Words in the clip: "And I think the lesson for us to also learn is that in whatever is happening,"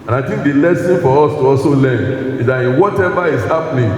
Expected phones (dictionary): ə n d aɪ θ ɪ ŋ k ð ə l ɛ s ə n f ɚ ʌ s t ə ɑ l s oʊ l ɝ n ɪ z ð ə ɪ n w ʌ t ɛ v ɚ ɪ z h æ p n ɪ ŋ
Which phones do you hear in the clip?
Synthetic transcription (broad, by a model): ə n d aɪ t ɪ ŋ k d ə l ɛ s ə n f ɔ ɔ s t ə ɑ s oʊ l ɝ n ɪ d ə ɪ n w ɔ t ɛ v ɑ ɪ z h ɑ p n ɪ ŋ